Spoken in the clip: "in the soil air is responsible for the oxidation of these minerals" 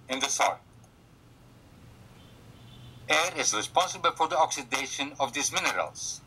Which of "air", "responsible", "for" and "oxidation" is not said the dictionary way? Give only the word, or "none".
none